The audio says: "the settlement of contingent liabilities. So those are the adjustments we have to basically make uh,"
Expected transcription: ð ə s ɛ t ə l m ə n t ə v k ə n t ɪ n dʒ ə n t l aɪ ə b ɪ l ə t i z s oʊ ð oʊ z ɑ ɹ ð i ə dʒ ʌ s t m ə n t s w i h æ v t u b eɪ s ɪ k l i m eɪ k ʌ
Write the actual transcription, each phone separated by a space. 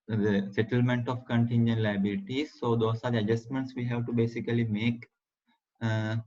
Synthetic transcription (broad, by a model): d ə s ɛ t ə l m ə n t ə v k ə n t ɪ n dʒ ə n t l aɪ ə b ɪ l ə t i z s oʊ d oʊ s ɑ ɹ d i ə dʒ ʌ s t m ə n t s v i h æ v t u b eɪ s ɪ k l i m eɪ k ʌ